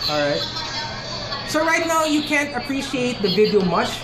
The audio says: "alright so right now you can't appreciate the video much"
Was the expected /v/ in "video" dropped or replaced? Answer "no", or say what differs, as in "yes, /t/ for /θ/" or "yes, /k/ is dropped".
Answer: no